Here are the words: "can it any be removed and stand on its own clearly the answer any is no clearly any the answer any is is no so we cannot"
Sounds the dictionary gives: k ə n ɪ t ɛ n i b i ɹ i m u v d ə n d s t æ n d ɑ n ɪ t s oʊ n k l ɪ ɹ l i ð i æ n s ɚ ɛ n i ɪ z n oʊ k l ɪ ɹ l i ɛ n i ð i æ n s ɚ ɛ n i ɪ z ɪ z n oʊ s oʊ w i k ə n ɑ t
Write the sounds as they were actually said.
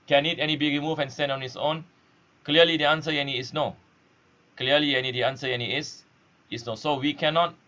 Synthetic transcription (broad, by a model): k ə n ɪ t ɛ n i b i ɹ i m u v ə n s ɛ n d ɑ n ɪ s oʊ n k l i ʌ l i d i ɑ n s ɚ ɛ n i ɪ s n oʊ k l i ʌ l i ɛ n i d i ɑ n s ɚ ɛ n i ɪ s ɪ s n oʊ s oʊ w i k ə n ɑ t